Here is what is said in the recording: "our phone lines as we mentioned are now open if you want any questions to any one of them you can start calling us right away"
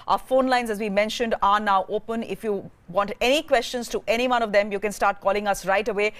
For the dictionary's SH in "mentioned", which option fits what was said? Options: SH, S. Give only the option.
SH